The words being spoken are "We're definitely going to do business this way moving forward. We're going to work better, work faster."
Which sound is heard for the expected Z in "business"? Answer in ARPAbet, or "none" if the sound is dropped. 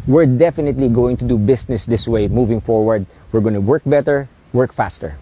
S